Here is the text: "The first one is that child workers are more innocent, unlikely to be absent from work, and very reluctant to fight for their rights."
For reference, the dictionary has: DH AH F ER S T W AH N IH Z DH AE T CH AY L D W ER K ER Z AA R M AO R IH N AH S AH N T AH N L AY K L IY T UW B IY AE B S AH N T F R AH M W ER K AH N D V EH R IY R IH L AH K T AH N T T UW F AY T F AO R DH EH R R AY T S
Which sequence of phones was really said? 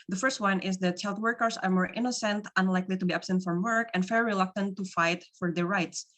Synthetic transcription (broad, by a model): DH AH F ER S T W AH N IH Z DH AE T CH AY L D W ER K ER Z AA R M AO R IH N AH S AH N T AH N L AY K L IY T UW B IY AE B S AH N T F R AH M W ER K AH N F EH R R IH L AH K T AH N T T UW F AY T F AO R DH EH R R AY T S